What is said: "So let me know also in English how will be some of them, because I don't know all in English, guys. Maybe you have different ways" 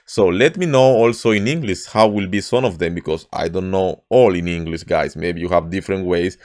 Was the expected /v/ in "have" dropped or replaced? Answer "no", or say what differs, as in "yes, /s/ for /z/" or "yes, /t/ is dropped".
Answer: no